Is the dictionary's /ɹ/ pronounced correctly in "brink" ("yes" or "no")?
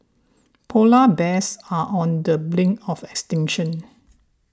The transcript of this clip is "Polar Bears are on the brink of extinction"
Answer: no